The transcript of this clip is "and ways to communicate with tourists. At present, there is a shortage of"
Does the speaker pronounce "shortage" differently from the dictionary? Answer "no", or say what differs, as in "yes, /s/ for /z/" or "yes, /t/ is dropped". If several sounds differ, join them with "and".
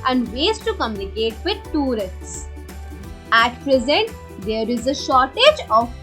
no